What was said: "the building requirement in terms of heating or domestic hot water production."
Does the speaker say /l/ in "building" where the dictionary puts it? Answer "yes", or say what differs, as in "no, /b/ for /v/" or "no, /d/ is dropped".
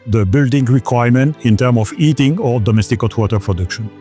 yes